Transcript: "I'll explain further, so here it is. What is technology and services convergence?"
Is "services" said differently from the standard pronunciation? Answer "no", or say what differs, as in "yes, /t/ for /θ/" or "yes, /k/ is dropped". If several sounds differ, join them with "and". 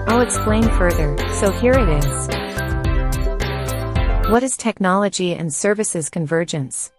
no